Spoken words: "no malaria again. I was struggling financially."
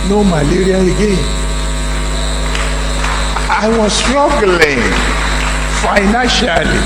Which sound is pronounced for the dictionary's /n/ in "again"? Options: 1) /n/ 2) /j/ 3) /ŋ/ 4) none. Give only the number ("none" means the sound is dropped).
4